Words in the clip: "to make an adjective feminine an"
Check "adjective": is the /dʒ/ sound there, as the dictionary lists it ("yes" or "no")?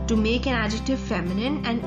yes